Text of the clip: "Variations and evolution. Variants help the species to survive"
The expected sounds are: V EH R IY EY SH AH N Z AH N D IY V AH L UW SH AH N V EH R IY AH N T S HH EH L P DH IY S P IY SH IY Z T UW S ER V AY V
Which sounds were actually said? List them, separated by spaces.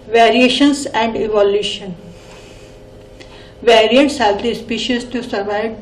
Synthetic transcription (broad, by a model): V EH R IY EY SH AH N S AH N D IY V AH L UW SH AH N V EH R IY AH N T S HH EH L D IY S P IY SH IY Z T UW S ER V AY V